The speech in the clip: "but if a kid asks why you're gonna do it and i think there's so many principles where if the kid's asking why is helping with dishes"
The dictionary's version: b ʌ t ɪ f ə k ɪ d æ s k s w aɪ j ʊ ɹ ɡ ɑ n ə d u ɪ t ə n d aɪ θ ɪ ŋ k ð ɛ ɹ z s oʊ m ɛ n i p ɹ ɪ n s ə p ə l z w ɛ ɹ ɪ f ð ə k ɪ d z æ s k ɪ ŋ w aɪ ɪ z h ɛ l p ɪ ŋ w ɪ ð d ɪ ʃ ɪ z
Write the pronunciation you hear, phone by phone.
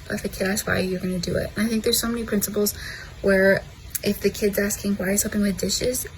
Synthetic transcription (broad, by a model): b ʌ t ɪ f ə k ɪ d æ s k w aɪ j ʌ ɹ ɡ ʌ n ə d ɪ ɪ t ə n aɪ θ ɪ ŋ k ð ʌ ɹ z s oʊ m ɛ n i p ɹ ɪ n s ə p l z w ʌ ɹ ɪ f ð ə k ɪ d z æ s k ɪ ŋ w aɪ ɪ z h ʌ p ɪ ŋ w ɪ ð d ɪ ʃ ɪ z